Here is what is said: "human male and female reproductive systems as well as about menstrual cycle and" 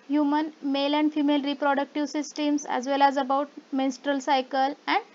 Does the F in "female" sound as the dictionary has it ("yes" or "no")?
yes